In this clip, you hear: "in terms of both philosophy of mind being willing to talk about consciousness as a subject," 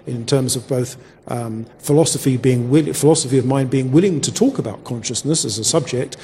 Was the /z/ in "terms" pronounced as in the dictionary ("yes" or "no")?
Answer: yes